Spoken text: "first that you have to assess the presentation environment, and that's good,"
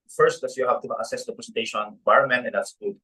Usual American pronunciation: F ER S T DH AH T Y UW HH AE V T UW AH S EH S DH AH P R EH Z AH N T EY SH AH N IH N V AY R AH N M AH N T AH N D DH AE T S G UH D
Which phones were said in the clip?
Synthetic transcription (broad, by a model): F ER S T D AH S Y UW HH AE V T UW AH S EH S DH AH P R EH S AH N T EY AH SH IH N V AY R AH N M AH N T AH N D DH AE T S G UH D